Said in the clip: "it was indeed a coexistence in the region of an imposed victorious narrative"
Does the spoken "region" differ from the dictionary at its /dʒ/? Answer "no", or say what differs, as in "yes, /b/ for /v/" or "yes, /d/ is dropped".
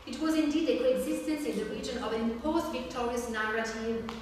no